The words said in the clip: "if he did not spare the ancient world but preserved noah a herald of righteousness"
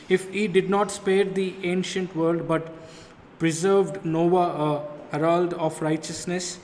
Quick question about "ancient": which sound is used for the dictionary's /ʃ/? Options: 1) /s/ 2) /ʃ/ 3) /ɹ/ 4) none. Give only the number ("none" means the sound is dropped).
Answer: 2